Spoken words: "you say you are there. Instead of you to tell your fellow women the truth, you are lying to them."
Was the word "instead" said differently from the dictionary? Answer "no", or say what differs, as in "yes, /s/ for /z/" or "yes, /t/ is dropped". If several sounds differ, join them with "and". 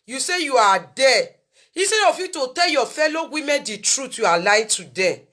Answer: yes, /n/ is dropped